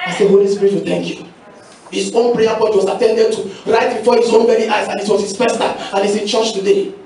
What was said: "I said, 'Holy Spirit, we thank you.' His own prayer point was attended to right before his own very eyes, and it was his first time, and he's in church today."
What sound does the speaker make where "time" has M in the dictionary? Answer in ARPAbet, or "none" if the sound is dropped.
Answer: none